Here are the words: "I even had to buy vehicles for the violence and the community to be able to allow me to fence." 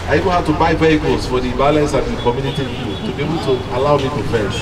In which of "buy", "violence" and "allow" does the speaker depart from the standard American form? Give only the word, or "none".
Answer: violence